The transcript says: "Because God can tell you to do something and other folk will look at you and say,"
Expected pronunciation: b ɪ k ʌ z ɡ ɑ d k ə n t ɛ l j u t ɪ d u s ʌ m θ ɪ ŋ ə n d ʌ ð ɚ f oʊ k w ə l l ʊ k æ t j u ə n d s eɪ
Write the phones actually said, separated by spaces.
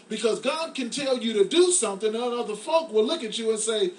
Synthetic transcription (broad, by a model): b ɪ k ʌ z ɡ ɑ d k ə n t ɛ l j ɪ t ɪ d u s ʌ m θ ɪ ŋ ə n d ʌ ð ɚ f oʊ k w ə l l ʊ k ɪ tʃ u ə n s eɪ